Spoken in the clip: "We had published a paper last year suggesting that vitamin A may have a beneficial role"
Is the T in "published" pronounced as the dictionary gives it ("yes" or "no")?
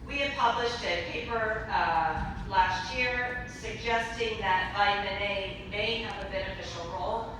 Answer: yes